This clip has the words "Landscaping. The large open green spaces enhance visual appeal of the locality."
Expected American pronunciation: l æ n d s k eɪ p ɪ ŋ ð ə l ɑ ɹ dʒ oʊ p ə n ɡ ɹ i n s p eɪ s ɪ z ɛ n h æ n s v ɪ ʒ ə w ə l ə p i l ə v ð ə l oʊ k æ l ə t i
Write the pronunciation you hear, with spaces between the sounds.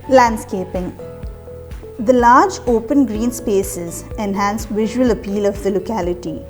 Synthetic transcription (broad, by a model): l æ n d s k eɪ p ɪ ŋ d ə l ɑ ɹ dʒ oʊ p ə n ɡ ɹ i n s p eɪ s ɪ z ɛ n h æ n s v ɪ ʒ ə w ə l ə p i l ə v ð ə l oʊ k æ l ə t i